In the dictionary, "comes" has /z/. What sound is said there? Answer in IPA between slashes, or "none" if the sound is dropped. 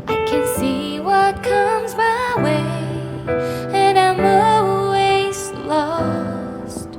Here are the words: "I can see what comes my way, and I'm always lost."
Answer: /z/